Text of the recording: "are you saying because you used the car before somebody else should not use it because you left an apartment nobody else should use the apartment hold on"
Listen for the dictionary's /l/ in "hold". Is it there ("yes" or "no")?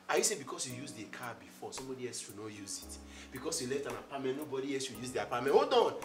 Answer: no